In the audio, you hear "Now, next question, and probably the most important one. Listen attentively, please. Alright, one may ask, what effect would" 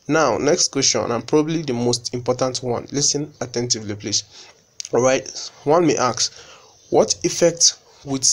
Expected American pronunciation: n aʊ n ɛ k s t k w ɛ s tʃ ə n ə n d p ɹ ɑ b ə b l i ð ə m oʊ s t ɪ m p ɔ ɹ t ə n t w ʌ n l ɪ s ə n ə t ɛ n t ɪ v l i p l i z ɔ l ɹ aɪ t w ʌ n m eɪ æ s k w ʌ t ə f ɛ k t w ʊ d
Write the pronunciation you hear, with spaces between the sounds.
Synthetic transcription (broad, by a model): n aʊ n ɛ k s t k w ɛ s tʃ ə n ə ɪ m p ɹ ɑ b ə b l i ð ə m oʊ s t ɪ m p ɔ t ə n t w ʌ n l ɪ s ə n ə t ɛ n t ɪ v l i p l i s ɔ ɹ aɪ t w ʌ n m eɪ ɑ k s w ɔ t ə f ɛ k t w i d